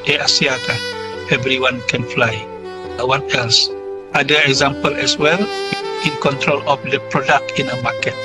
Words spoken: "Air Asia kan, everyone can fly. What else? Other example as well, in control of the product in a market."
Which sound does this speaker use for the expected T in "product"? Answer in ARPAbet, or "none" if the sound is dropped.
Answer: T